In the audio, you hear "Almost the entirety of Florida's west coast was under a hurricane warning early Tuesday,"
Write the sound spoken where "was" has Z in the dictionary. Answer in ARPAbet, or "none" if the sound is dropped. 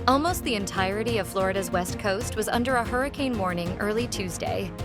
Z